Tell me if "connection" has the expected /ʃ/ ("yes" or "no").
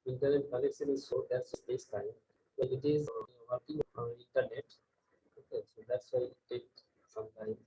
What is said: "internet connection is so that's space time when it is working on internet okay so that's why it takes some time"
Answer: no